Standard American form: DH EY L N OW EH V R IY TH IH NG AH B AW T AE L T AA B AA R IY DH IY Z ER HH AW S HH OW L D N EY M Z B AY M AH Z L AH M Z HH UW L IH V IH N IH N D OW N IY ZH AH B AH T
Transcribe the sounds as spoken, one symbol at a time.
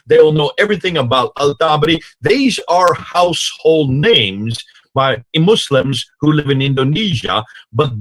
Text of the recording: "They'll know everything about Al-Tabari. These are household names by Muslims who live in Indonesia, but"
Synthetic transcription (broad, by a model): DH EY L N OW EH V R IY TH IH NG AH B AW T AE L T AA B R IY DH IY Z ER HH AW S HH OW L D N EY M Z B AY M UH S L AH M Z HH UW L IH V IH N IH N D OW N IY ZH AH B AH T